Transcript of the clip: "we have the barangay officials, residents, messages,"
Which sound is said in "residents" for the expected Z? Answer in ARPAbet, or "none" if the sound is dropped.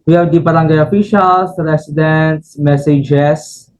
S